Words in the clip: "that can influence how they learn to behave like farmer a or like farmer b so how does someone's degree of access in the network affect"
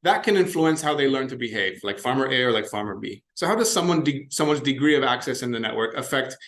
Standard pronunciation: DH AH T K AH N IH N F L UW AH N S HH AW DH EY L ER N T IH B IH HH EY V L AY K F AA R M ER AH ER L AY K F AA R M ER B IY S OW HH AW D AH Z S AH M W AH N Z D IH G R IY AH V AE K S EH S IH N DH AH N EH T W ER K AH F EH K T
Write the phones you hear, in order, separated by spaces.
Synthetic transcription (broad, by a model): DH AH T K AH N IH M F L UW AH N S HH AW DH EY L ER N T IH B IH HH EY V L AY K F AA R M ER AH ER L AY K F AA R M ER B IY S OW HH AW D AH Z S AH M W AH N Z D IH G R IY AH V AE K S EH S IH N DH AH N EH T W ER K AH F EH K T